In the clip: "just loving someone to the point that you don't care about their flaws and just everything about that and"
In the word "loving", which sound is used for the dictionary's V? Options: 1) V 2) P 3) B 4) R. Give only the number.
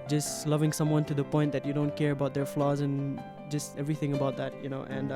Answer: 1